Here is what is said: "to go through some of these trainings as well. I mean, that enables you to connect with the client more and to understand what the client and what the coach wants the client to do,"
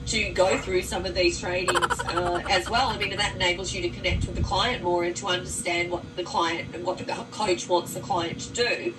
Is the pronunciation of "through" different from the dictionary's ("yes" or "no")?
no